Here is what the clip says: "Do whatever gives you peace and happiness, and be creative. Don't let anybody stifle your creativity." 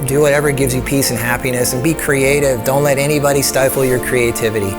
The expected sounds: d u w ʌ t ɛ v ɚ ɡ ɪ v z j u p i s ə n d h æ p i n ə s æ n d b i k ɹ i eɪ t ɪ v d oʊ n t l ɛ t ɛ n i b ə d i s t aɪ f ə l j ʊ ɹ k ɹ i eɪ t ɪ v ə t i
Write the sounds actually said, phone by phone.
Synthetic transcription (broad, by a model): d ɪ w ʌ t ɛ v ɚ ɡ ɪ v z j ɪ p i s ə n h æ p i n ə s n b i k ɹ i eɪ t ɪ v d oʊ n t l ɛ t ɛ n i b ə d i s t aɪ f l j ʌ ɹ k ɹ i eɪ t ɪ v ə t i